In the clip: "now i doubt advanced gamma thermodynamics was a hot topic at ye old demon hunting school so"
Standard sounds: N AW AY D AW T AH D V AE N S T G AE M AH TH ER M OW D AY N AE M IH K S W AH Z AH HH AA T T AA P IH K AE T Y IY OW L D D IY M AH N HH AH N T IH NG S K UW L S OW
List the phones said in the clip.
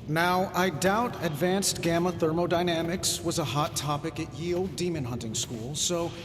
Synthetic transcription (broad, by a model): N AW AY D AW T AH D V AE N S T G AE M AH TH ER M OW D AY N AE M IH K S W AH Z AH HH AA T T AA P IH K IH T Y IY OW L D D IY M AH N HH AH N T IH NG S K UW L S OW